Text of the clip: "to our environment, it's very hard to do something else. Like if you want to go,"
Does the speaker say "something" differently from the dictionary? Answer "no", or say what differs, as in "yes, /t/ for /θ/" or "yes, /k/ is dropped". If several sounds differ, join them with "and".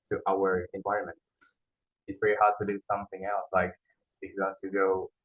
no